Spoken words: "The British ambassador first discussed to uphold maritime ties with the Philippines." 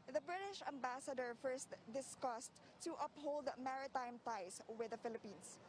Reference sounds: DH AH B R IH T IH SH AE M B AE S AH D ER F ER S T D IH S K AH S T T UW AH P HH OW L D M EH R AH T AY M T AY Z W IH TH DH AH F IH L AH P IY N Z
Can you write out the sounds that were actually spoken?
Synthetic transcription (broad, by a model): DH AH B R IH T IH SH AE M B AE S AH D ER F ER S T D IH S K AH S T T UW AH P HH OW L D M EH R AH T AY M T AY S W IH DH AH F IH L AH P IY N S